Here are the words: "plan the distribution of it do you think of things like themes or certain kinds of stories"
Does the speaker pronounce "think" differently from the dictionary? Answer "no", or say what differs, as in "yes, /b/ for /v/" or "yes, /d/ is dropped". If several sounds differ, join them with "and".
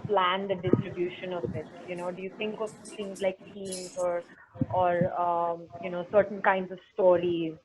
yes, /t/ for /θ/